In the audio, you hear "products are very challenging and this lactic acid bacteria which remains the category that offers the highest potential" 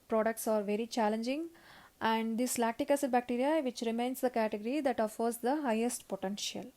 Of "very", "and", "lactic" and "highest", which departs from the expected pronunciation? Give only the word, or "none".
none